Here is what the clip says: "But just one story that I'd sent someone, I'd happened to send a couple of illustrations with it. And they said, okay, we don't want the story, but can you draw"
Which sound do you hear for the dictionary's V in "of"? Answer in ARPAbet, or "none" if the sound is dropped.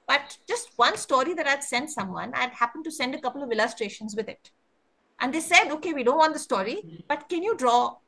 V